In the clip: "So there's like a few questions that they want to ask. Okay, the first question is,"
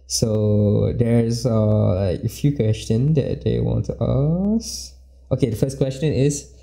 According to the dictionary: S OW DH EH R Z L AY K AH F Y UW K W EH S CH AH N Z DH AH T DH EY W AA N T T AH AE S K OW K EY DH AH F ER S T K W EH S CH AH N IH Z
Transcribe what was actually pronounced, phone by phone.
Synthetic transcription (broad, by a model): S OW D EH R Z L AY K AH F Y UW K W EH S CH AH N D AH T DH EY W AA N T T AH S OW K EY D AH F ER S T K W EH S CH AH N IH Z